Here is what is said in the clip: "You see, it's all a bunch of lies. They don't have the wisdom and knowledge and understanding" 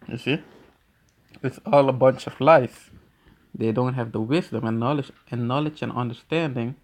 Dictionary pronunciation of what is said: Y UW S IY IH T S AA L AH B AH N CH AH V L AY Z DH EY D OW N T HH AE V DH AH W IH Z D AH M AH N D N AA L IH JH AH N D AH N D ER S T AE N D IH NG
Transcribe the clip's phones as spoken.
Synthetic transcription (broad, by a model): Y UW S IY IH T S AA L AH B AH N CH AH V L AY S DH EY D OW N T HH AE V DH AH W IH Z D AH M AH N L N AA L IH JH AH N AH N D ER S T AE N D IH NG